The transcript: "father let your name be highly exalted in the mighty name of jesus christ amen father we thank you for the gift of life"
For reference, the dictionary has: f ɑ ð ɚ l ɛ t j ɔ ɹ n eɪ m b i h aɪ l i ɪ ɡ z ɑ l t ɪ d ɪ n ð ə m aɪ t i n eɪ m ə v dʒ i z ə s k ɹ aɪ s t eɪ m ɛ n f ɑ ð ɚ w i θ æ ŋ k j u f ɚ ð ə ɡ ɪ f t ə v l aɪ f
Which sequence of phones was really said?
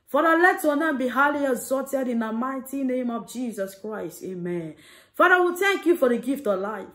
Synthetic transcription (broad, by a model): f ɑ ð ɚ l ɛ t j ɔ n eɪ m b i h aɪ l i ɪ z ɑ t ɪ d ɪ n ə m aɪ t i n eɪ m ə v dʒ i z ə s k ɹ aɪ s t eɪ m ɛ n f ɑ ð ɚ w i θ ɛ ŋ k j u f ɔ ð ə ɡ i f t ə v l aɪ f